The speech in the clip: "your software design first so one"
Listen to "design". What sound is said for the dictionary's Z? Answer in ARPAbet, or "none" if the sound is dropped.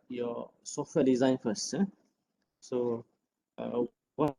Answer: Z